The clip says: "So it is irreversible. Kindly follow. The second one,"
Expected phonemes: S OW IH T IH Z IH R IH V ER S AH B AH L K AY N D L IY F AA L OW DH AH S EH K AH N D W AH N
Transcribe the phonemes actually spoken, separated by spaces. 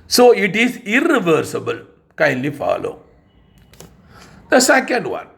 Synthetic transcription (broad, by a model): S OW IH T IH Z IH R IH V ER S AH B AH L K AY N D L IY F AA L OW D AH S EH K AH N D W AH N